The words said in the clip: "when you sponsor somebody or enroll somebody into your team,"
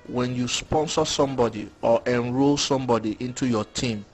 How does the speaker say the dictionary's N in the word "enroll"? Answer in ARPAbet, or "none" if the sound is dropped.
N